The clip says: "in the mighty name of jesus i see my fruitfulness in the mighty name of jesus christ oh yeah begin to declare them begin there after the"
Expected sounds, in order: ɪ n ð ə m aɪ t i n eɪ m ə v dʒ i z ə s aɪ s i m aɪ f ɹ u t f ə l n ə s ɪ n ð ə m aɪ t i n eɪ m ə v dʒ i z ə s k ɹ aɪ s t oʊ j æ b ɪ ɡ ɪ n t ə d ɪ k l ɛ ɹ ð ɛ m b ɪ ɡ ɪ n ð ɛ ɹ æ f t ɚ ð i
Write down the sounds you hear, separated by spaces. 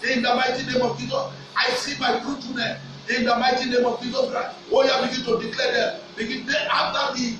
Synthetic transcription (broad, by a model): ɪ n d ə m aɪ t i n eɪ m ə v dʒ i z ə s aɪ s i m aɪ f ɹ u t ə n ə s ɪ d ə m aɪ t i n eɪ m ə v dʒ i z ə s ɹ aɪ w oʊ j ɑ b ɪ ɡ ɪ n t ə d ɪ k l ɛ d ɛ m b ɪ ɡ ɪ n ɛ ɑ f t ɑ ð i